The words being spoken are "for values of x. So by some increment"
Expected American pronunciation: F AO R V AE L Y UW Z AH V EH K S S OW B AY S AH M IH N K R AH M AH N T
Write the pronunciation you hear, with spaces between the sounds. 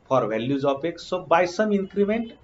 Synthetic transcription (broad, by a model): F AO R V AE L Y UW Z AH P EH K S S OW B AY S AH M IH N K R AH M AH N T